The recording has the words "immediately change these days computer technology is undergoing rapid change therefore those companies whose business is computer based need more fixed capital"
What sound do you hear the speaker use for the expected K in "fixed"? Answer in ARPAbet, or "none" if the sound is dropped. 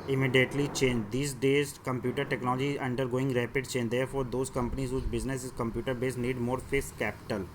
none